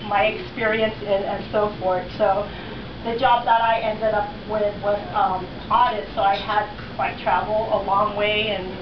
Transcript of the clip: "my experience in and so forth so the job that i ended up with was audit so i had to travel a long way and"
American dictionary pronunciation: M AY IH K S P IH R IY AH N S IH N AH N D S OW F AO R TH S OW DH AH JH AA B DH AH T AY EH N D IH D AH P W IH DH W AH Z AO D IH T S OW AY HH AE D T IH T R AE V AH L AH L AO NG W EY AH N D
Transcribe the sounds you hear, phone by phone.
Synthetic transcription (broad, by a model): M AY IH K S P IH R IY AH N S IH N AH N S OW F AO R TH S OW DH AH JH AA B DH AH T AY EH N D IH D AH P W IH DH W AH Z AO D IH T S OW AY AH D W IH T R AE V L AH L AO NG W EY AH N